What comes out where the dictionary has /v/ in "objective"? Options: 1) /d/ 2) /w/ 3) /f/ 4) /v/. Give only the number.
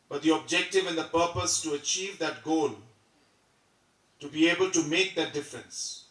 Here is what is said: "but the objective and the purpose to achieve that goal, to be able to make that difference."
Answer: 4